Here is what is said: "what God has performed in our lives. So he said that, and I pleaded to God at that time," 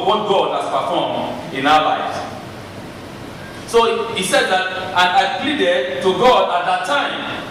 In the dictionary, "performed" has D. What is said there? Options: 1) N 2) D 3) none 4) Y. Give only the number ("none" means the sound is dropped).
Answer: 3